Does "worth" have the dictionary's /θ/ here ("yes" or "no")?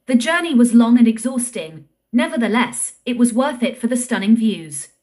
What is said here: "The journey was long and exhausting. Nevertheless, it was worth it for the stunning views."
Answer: yes